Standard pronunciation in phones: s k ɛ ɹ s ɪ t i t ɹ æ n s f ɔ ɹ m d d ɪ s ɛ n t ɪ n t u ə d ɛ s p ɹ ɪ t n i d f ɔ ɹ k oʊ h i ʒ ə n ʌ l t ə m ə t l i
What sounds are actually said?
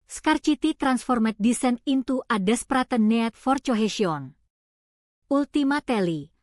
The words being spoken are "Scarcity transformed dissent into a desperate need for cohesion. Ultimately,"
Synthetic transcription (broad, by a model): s k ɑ ɹ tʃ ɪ t i t ɹ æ n s f ɔ ɹ m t d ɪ s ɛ n ɪ n t u ə d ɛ s p ɹ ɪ t n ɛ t f ɔ ɹ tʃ oʊ h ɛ ʃ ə n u l t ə m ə t l i